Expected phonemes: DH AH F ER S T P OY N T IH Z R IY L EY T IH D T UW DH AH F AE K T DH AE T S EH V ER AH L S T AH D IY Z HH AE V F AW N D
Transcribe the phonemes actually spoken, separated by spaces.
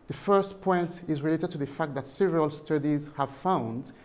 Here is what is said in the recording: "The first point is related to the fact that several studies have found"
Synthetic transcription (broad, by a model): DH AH F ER S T P OY N T IH Z R IY L EY T IH D T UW DH AH F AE K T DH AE T S EH V ER AH L S T AH D IY Z HH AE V F AW N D